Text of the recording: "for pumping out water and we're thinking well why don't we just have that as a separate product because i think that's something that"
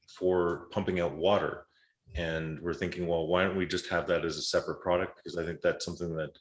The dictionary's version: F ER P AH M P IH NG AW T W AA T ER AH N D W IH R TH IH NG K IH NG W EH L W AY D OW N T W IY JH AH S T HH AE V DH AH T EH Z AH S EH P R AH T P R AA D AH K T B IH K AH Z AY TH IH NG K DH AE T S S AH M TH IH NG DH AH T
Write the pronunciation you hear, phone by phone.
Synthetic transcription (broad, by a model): F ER P AH M P IH NG AW T W AA T ER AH N W IH R TH IH NG K IH NG W EH L W AY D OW N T W IY JH AH S T HH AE V DH AH T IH Z AH S EH P R AH T P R AA D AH K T B IH K AH Z AY TH IH NG K DH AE T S S AH M TH IH NG DH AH T